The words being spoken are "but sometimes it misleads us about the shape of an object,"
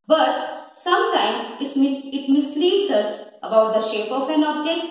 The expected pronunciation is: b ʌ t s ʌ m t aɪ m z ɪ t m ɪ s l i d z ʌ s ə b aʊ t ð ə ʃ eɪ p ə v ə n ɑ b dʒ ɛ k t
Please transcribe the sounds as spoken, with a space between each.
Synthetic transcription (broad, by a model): b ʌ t s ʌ m t aɪ m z ɪ t m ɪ s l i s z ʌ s ə b aʊ t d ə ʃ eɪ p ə p ə n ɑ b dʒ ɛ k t